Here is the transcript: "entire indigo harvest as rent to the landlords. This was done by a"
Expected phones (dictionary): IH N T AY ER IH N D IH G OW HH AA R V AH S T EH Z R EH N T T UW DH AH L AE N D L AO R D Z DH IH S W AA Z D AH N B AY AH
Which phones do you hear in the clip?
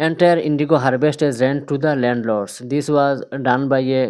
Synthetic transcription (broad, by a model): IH N T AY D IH N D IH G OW HH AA R B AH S T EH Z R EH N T T UW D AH L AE N D L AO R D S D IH S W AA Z D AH N B AY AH